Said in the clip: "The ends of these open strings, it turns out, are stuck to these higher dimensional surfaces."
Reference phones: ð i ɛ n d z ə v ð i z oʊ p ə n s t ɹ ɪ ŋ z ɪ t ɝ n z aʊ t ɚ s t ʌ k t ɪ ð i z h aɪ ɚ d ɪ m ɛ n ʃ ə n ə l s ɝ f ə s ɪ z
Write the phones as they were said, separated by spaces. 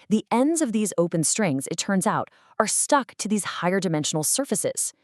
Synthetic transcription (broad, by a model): ð i ɛ n d z ə v ð i z oʊ p ə n s t ɹ ɪ ŋ z ɪ t ɝ n z aʊ t ɚ s t ʌ k t ɪ ð i z h aɪ ɚ d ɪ m ɛ n ʃ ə n l s ɝ f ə s ɪ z